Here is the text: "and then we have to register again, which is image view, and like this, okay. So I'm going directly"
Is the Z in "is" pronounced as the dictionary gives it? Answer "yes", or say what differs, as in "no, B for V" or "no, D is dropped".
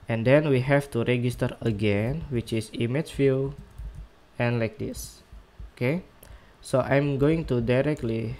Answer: no, S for Z